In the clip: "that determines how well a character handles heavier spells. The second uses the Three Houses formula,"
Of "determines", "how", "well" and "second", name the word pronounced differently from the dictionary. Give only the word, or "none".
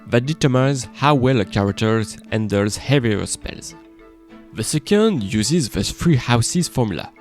determines